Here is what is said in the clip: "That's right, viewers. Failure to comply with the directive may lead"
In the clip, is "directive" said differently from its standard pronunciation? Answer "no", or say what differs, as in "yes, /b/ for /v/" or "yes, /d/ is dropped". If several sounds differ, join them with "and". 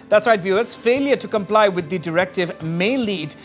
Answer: no